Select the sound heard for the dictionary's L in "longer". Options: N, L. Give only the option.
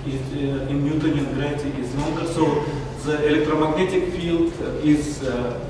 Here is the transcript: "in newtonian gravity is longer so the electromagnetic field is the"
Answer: N